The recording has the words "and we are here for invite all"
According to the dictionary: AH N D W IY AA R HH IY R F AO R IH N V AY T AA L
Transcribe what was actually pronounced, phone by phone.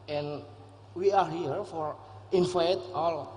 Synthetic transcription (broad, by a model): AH N W IY AA R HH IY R F AO R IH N F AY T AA L